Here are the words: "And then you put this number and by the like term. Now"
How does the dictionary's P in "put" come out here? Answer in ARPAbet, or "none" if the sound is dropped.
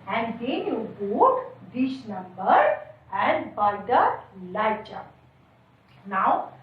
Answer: B